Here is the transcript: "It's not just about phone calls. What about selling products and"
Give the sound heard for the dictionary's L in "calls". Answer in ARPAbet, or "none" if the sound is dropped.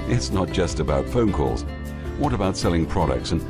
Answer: L